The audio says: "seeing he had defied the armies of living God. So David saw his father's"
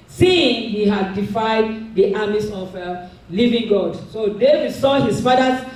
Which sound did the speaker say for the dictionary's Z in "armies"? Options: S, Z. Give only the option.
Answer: S